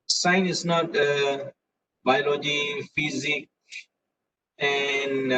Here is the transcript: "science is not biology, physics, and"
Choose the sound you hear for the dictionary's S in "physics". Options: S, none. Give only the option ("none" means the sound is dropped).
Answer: none